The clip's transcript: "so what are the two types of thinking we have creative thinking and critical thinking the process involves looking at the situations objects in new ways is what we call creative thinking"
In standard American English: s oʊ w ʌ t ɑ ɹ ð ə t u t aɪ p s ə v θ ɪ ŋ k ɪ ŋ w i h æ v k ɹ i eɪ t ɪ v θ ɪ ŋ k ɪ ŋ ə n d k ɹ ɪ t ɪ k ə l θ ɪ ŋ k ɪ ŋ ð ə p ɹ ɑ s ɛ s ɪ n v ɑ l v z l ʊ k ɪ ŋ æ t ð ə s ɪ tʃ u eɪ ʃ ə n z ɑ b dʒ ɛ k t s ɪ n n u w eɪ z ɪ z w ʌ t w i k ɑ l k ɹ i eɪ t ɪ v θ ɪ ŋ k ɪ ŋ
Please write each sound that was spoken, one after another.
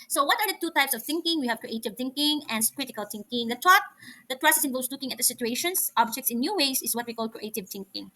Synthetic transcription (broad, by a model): s oʊ w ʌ t ɑ ɹ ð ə t u t aɪ p s ə v θ ɪ ŋ k ɪ ŋ w i h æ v k ɹ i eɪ t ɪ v θ ɪ ŋ k ɪ ŋ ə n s k ɹ ɪ t ɪ k ə l θ ɪ ŋ k ɪ ŋ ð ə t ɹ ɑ s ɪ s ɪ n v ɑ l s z l ʊ k ɪ ŋ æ t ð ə s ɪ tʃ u eɪ ʃ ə n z ɑ b dʒ ɛ k t s ɪ n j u w eɪ s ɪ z w ʌ t w i k ɑ l k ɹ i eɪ t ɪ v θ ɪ ŋ k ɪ ŋ